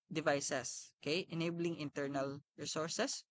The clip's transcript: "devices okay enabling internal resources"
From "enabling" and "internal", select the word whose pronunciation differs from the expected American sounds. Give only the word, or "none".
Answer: none